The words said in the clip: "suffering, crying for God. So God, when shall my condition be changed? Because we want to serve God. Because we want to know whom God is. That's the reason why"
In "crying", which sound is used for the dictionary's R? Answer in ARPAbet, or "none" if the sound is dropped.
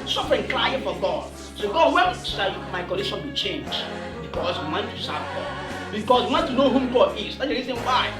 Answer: L